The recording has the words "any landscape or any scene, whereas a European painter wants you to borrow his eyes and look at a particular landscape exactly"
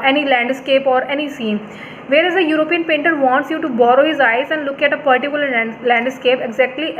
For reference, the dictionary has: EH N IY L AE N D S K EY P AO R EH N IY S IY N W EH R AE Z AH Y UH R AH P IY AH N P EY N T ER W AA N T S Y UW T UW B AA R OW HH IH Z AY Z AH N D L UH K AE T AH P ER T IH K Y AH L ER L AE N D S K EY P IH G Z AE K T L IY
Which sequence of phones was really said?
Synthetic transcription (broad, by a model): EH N IY L AE N D S K EY P AO R EH N IY S IY N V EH R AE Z AH Y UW R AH P IY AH N P EY N T ER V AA N T S Y UW T UW B AA R OW HH IH Z AY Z AH N D L UH K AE T AH P ER T IH K Y AH L ER L AE N D S K EY P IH G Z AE K T L IY